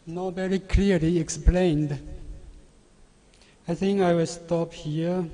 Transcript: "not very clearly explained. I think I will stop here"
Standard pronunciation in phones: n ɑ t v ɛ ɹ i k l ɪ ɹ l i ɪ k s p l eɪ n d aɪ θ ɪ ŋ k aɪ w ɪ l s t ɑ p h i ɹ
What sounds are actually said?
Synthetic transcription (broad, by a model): n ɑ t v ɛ ɹ i k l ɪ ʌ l i ɪ k s p l eɪ n d aɪ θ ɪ ŋ k aɪ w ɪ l s t ɑ p h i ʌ